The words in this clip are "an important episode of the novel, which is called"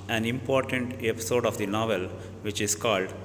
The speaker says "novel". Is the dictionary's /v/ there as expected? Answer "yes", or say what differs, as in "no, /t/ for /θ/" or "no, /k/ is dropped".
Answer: yes